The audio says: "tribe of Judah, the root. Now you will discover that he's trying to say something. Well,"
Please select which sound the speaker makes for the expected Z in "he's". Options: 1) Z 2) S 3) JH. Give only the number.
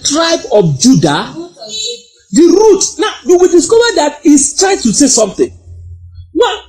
2